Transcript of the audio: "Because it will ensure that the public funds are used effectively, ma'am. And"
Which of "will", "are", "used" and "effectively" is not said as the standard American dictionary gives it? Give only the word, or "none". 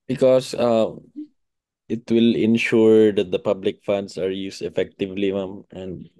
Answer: used